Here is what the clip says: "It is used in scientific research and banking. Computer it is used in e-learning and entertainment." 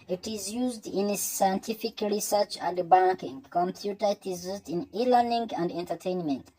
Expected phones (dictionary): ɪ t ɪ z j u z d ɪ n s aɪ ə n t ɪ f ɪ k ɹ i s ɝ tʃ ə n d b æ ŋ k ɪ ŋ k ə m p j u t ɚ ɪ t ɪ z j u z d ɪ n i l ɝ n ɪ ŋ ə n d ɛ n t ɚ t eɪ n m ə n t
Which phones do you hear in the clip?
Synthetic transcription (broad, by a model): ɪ t ɪ z j u z d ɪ n s aɪ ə n t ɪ f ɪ k ɹ i s ɝ tʃ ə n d b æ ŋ k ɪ ŋ k ə m p j u t ɚ ɪ t ɪ z j u z d ɪ n i l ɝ n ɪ ŋ ə n d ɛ n t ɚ t eɪ n m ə n t